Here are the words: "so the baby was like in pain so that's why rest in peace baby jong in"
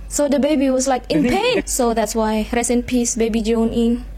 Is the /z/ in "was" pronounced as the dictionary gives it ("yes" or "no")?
no